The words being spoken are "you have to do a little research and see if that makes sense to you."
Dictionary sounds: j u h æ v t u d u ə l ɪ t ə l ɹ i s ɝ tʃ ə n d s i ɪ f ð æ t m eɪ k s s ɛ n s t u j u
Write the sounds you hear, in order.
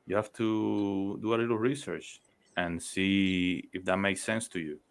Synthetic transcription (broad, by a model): j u h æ f t u d u ə l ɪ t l ɹ i s ɝ tʃ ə n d s i ɪ f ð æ t m eɪ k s s ɛ n s t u j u